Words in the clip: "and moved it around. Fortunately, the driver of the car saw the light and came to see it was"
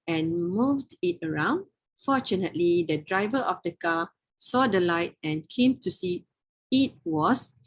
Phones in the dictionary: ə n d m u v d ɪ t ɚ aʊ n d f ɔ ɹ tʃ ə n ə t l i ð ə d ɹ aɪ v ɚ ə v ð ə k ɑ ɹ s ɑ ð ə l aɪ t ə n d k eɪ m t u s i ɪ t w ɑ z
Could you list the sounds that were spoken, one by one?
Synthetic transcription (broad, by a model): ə n m u v d ɪ t ɚ aʊ n d f ɔ tʃ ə n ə t l i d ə d ɹ aɪ v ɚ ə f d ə k ɑ s ɑ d ə l aɪ t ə n k eɪ m t u s i ɪ t w ɑ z